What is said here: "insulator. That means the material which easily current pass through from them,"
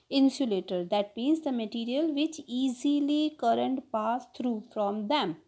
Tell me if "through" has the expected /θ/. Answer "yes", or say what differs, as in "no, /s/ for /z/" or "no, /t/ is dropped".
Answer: no, /t/ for /θ/